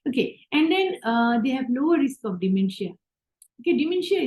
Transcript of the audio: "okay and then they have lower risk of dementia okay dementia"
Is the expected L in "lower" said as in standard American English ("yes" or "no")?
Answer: no